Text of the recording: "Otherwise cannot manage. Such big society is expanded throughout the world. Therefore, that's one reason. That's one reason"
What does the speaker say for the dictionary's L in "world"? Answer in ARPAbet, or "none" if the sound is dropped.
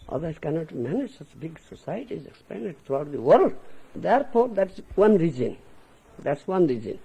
L